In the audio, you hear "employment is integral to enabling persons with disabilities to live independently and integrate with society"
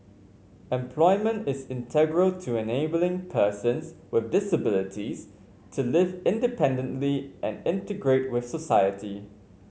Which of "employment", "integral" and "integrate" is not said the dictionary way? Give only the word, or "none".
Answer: none